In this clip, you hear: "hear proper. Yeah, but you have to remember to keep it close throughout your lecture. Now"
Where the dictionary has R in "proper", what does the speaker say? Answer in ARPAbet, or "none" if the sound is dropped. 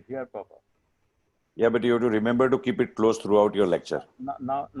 none